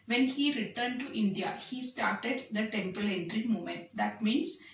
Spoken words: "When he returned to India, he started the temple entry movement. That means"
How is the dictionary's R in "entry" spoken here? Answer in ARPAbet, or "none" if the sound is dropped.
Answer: R